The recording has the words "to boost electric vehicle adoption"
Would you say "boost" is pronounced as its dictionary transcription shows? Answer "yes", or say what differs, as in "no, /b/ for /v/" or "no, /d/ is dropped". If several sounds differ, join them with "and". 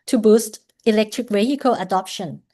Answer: yes